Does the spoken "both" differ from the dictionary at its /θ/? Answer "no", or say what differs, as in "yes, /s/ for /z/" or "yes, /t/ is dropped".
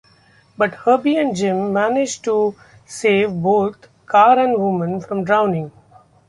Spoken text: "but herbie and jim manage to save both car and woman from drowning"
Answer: yes, /t/ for /θ/